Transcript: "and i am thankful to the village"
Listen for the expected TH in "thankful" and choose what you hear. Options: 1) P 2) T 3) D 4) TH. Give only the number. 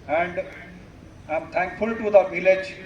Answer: 2